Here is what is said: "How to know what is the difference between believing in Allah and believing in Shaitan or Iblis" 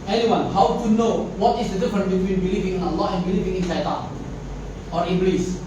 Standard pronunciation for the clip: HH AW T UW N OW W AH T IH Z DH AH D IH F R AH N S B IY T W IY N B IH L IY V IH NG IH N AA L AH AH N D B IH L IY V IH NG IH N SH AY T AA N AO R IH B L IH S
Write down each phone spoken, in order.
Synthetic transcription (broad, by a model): HH AW T UW N OW W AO T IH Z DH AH D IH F R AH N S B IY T W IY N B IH L IY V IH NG IH N AA L AH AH N B IH L IY V IH NG IH N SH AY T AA AO R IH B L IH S